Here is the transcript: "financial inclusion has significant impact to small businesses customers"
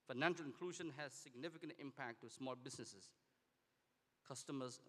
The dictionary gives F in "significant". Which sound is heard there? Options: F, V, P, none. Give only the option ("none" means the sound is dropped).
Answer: F